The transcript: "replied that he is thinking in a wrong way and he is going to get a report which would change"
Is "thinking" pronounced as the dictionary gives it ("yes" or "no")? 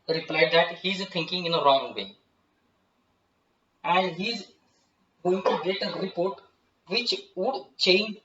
no